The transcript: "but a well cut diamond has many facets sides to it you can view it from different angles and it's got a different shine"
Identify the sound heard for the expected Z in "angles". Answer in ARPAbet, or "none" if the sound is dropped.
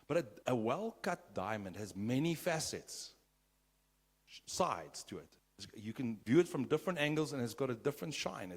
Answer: Z